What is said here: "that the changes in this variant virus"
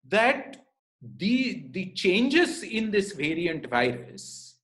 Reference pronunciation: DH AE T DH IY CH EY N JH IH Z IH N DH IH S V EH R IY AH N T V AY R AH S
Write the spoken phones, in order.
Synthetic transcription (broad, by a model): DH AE T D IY CH EY N JH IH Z IH N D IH S V EH R IY AH N T V AY R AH S